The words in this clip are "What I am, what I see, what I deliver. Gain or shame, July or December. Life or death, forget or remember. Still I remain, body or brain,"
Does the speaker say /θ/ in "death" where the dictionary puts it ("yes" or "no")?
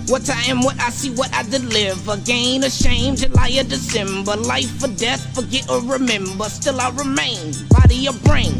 yes